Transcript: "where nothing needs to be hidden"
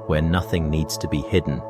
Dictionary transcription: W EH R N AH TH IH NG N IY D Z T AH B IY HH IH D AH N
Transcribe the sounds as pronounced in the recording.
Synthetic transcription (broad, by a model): W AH R N AH TH IH NG N IY D Z T AH B IY HH IH D N